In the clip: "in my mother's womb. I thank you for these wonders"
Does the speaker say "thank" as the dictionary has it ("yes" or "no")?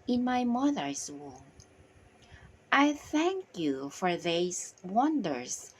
yes